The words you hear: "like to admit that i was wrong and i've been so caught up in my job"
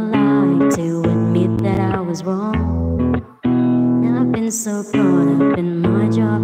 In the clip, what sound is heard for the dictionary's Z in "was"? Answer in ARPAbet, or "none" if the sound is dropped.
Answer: Z